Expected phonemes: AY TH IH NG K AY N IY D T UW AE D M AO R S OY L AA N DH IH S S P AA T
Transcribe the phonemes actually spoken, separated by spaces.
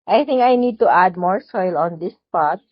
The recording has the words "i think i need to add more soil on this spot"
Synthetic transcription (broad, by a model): AY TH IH NG K AY N IY D T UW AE D M AO R S OY L AA N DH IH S S P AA T